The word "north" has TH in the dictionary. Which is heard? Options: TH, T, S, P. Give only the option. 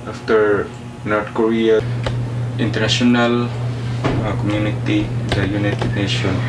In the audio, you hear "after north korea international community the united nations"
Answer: T